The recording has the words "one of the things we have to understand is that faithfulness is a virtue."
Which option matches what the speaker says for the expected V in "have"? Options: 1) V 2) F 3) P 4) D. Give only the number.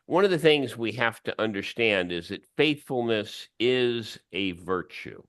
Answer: 2